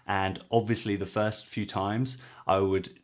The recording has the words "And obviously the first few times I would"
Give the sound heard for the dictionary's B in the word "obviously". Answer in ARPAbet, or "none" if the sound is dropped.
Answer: B